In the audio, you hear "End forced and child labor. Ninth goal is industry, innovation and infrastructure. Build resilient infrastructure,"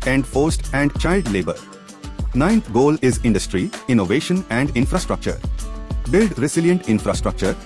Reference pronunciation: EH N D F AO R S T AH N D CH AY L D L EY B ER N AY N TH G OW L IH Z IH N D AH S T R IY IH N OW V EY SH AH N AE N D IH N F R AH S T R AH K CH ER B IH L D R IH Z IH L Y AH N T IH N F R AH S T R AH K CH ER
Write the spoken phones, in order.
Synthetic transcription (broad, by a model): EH N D F AO R S T AH N D CH AY L D L EY B ER N AY N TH G OW L IH Z IH N D AH S T R IY IH N OW V EY SH AH N AE N D IH N F R AH S T R AH K CH ER B IH L D R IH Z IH L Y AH N T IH N F R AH S T R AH K CH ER